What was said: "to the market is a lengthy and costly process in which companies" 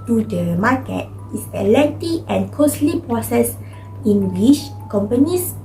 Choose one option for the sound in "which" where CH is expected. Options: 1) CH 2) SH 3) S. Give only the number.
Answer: 2